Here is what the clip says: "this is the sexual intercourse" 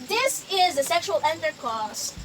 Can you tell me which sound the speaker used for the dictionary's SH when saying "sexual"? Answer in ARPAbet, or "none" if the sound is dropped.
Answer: SH